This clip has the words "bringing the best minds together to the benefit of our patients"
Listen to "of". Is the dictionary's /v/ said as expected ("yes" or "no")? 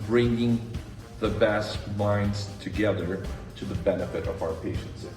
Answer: yes